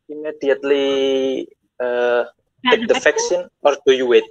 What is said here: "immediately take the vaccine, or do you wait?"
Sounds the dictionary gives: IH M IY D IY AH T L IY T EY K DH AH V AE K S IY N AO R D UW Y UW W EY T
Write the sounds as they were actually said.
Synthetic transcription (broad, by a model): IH M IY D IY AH T L IY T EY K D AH F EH K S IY N AO R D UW Y UW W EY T